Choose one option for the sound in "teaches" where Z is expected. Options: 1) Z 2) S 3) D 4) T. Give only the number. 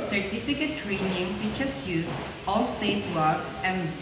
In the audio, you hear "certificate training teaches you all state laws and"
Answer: 2